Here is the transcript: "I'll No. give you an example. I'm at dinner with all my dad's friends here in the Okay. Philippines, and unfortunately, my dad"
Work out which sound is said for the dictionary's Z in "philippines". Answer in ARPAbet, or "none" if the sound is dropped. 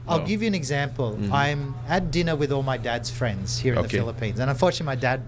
Z